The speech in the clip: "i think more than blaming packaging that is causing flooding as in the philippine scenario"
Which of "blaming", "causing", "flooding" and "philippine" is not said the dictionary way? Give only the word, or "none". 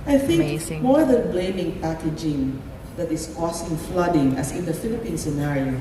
causing